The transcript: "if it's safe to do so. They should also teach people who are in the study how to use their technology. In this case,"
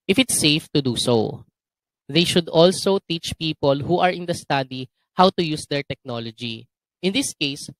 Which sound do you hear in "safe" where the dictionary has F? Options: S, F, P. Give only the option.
F